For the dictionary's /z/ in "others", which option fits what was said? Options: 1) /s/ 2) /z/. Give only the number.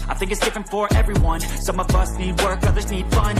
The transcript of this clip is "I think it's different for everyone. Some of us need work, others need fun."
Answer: 2